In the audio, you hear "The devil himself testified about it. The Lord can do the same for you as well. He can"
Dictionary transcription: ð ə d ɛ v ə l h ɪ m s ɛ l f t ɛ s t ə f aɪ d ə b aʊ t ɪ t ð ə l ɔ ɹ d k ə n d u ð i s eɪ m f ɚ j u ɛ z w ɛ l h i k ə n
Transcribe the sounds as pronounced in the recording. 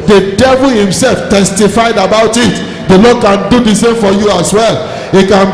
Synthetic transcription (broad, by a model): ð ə d ɛ v ə l h ɪ m s ɛ l f t ɛ s t ə f aɪ d ə b aʊ t ɪ t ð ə l ɔ d k ə n d u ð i s eɪ m f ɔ j u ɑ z w ɛ l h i k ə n